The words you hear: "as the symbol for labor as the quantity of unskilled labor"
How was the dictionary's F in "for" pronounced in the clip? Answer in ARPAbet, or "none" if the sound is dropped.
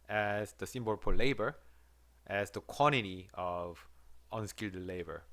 P